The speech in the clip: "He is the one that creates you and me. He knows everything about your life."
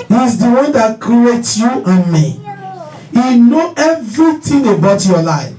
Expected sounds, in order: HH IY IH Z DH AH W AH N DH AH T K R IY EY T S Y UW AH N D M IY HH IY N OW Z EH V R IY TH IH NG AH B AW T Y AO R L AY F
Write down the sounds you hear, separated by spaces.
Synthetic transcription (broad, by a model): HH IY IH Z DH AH W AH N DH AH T K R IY EY T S Y UW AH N M IY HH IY N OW EH V R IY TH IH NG AH B AW T Y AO L AY F